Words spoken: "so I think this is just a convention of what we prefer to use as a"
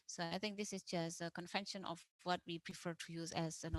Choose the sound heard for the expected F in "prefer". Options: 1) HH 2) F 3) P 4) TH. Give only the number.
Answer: 2